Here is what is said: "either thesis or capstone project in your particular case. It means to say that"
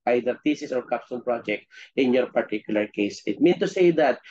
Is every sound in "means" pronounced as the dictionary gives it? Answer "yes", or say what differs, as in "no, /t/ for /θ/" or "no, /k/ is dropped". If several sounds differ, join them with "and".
no, /z/ is dropped